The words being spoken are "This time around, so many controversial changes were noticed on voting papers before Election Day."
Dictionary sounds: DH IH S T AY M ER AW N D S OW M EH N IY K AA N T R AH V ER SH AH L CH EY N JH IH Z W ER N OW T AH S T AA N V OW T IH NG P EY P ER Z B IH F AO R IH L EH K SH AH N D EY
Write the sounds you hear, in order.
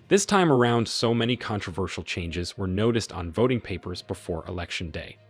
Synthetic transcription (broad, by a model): DH IH S T AY M ER AW N D S OW M EH N IY K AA N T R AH V ER SH L CH EY N JH IH Z W ER N OW T AH S T N V OW T IH NG P EY P ER Z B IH F AO R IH L EH K SH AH N D EY